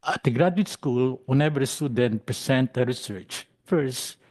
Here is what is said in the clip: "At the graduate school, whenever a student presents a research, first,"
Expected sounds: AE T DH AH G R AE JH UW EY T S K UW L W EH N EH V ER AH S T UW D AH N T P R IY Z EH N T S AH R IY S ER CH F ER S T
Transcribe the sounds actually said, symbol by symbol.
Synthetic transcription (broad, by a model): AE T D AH G R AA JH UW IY T S K UW L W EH N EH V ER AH S T UW D AH N T P R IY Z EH N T AH R IY S ER CH F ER S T